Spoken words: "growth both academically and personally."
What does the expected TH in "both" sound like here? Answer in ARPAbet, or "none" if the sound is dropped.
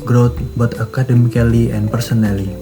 T